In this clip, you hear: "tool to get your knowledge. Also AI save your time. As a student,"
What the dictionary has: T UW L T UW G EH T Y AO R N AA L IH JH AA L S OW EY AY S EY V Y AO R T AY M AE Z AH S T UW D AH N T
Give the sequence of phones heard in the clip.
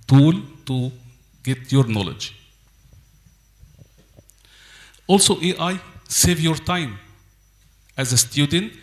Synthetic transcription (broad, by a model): T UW L T UW G EH T Y AO R N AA L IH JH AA L S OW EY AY S EY V Y AO R T AY M AE Z AH S T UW D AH N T